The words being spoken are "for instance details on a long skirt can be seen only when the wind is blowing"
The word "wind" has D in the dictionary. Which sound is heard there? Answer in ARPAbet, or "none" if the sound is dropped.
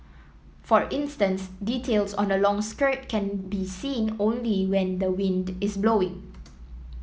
D